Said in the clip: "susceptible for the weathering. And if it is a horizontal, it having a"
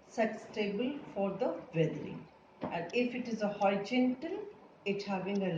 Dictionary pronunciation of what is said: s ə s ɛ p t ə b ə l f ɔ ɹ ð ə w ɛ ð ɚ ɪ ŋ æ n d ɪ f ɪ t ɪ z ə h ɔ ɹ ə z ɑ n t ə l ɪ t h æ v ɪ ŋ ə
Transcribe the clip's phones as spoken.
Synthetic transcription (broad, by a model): s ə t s t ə b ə l f ɔ ɹ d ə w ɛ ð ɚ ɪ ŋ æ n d ɪ f ɪ t ɪ z ə h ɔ ə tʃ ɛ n t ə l ɪ t h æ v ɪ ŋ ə